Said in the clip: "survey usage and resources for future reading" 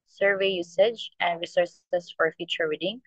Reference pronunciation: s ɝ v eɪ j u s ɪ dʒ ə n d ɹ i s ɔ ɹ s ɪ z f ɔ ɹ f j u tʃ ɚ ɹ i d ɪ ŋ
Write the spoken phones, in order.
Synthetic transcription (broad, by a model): s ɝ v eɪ j u s ɪ dʒ ə n d ɹ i s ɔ ɹ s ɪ s f ɔ ɹ f j u tʃ ɚ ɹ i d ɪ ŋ